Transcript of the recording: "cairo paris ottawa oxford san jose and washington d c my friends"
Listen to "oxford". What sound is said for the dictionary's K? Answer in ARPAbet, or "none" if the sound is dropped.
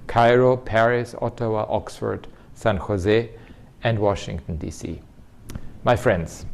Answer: K